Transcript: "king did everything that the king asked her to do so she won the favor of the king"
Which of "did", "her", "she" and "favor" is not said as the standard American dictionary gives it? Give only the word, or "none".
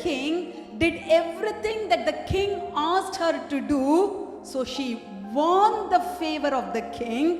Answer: none